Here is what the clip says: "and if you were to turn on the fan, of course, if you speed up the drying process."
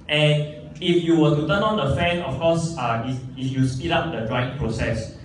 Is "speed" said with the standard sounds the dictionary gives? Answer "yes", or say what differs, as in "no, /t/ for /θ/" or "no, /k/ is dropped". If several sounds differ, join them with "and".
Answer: yes